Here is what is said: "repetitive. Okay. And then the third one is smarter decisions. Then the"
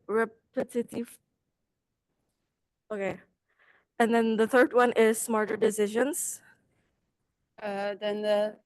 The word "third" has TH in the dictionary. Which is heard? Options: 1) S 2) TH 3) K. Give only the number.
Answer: 2